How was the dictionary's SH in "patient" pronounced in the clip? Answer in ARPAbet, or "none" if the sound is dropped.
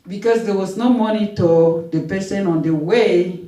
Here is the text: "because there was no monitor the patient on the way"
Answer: S